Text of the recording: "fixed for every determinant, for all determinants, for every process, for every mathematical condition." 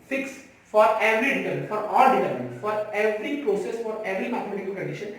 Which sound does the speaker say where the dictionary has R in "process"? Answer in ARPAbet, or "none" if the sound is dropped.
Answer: R